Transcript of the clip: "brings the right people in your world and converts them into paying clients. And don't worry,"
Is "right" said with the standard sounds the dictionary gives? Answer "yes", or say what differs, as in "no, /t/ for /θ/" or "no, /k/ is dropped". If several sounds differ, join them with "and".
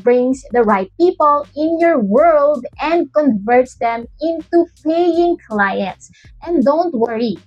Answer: yes